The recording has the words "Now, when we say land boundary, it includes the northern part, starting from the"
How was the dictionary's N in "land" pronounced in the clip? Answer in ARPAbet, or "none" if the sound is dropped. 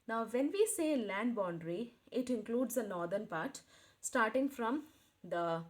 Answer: N